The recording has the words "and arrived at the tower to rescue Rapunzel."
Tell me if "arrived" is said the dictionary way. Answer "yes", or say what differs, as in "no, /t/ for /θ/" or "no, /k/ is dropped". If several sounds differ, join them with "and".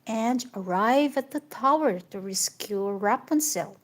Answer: no, /d/ is dropped